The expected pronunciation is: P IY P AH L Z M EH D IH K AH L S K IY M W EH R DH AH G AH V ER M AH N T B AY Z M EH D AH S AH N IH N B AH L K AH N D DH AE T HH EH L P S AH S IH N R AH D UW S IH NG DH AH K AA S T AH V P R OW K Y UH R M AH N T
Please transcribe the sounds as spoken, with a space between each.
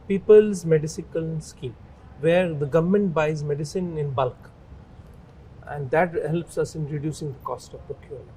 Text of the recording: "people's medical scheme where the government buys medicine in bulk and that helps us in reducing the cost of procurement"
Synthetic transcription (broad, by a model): P IY P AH L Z M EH D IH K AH L S K IY M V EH R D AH G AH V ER M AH N T B AY Z M EH D AH S AH N IH N B AH L K AH N D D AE T HH EH L P S AH S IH N R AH D UW S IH NG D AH K AA S T AH V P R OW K Y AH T